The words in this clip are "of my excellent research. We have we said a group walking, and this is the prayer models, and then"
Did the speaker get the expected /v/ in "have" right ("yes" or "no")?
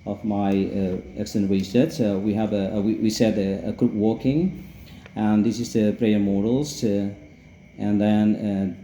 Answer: no